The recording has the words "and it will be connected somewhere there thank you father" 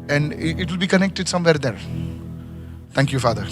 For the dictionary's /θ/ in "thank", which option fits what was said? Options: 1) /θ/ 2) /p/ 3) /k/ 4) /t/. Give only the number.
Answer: 4